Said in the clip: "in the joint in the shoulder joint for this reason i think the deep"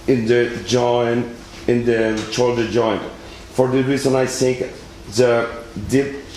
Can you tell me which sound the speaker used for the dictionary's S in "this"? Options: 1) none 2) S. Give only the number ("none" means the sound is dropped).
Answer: 1